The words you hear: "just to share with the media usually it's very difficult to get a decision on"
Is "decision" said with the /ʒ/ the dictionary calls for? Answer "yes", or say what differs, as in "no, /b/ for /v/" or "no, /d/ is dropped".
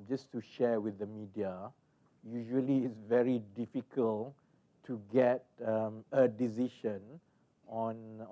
no, /ʃ/ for /ʒ/